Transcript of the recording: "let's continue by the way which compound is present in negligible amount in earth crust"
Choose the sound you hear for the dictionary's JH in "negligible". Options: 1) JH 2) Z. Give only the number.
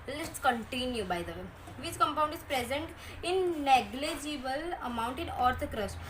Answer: 1